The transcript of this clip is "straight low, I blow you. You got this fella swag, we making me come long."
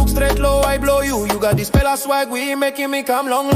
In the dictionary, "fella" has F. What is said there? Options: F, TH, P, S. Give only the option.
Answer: P